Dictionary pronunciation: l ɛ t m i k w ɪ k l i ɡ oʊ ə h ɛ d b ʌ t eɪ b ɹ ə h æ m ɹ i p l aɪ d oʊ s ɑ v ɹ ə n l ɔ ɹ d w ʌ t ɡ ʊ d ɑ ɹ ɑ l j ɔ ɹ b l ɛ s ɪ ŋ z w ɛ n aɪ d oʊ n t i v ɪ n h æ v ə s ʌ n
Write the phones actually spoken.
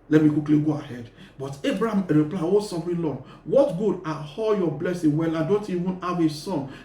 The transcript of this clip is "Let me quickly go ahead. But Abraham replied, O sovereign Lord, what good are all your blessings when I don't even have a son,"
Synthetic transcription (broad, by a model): l ɛ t m i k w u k l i ɡ oʊ ə h ɛ d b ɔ t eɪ b ɹ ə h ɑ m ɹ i p l aɪ oʊ s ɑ f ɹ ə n l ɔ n w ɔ t ɡ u d ɑ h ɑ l j ɔ b l ɛ s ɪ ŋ w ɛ l aɪ d oʊ n t i v ɪ n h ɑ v ə s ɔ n